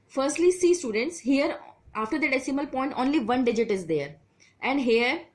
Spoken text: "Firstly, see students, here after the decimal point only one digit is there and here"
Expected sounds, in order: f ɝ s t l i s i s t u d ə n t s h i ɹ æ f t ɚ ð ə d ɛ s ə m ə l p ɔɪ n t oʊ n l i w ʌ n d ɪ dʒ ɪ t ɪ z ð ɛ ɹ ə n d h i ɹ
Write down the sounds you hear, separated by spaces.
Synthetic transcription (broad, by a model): f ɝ s t l i s i s t u d ə n t s h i ɹ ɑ f t ɚ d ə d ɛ s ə m ə l p ɔɪ n t oʊ n l i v ʌ n d ɪ dʒ ɪ t ɪ z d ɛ ɹ ə n d h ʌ ɹ